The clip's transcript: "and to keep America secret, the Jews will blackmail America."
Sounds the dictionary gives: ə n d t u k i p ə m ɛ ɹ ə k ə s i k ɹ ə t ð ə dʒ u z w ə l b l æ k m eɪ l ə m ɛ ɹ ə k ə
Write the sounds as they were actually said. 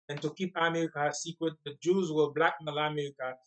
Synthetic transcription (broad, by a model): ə n t u k i p ə m ɛ ɹ ə k ə s i k ɹ ə t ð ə dʒ u z w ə b l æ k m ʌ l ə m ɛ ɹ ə k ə